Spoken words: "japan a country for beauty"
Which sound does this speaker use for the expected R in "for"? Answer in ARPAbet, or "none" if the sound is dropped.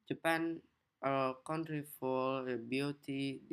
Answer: L